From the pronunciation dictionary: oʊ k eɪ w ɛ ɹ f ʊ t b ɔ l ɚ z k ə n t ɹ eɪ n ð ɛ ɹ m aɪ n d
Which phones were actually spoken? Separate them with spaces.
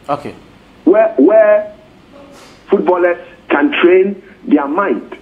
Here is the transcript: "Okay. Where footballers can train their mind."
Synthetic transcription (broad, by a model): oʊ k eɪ w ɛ w f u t b ɔ l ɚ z k ə n t ɹ eɪ n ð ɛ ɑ m aɪ n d